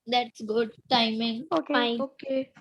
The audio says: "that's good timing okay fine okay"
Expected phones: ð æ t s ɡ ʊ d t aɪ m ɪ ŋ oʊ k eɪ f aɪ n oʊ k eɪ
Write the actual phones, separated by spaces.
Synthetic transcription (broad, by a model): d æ t s ɡ ʊ d t aɪ m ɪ ŋ oʊ k eɪ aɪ oʊ k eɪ